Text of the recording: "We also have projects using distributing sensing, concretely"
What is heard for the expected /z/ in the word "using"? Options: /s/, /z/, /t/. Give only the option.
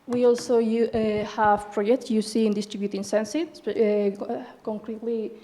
/s/